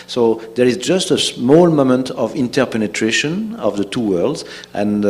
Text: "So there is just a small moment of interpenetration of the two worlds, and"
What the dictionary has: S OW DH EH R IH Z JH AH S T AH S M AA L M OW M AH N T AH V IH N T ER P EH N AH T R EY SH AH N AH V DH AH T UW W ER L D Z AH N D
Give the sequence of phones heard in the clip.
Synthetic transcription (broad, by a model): S OW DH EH R IH Z JH AH S T AH S M AA L M OW M AH N T AH V IH N T ER P EH N AH T R EY SH AH N AH V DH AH T UW W ER L D Z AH N